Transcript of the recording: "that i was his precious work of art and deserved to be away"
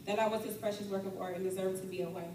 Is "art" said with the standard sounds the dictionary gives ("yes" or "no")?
no